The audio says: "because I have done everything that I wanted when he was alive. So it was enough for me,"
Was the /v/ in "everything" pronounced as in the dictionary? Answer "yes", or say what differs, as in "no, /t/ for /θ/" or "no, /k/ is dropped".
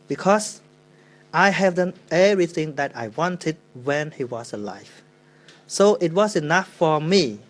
no, /v/ is dropped